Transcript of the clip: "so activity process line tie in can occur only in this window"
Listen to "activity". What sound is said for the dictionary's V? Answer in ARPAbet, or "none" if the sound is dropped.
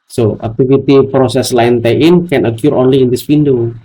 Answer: F